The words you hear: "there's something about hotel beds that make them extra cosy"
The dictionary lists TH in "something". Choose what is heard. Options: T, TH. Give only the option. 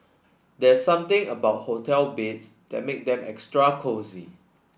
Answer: T